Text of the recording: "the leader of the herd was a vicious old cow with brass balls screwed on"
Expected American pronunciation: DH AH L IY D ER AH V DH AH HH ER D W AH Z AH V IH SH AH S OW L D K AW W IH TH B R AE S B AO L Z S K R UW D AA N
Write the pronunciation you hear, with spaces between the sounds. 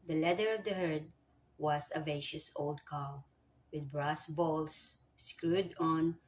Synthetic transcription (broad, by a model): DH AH L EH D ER AH V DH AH HH ER D W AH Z AH V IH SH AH S OW L D K AW W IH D B R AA S B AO L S S K R UW D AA N